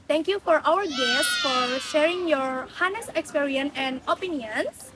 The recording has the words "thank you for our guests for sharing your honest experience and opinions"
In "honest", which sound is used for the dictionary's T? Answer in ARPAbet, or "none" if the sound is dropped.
none